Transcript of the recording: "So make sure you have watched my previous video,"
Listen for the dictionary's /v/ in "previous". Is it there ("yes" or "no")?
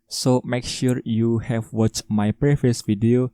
no